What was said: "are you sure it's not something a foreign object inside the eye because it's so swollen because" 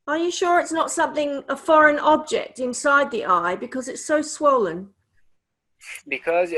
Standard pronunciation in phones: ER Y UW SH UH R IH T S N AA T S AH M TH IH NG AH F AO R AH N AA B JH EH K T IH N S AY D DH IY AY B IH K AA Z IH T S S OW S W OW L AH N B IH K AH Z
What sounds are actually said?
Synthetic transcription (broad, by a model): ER Y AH SH UH R IH T S N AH T S AH M TH IH NG AH F AO R AH N AA B JH EH K T IH N S AY D DH IY AY B IH K AA Z IH T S S OW S W OW L AH N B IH K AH Z